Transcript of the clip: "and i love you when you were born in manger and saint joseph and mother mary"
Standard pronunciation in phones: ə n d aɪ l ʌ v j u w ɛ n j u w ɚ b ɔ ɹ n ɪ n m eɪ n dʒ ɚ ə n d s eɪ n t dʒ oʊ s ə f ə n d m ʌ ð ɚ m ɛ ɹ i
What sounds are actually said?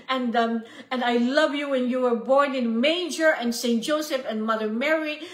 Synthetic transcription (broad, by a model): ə n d aɪ l ʌ v j u w ɛ n j u w ɚ b ɔ ɹ n ɪ n m eɪ dʒ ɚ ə n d s eɪ n t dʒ oʊ s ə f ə n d m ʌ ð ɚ m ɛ ɹ i